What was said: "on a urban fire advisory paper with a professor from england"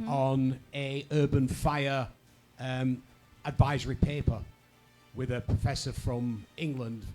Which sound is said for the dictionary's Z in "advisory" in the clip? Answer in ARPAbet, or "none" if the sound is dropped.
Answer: Z